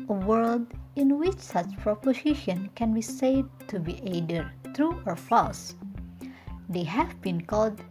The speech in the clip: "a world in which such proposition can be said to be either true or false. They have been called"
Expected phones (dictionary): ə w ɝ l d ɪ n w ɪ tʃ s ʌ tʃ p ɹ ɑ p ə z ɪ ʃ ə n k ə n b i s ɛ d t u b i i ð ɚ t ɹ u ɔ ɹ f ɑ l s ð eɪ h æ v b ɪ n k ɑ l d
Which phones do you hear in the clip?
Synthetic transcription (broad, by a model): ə w ɝ l d ɪ n w ɪ tʃ s ʌ tʃ p ɹ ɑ p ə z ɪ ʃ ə n k ə n b i s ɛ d t u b i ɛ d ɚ t ɹ u ɔ ɹ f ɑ s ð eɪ h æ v b ɪ n k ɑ l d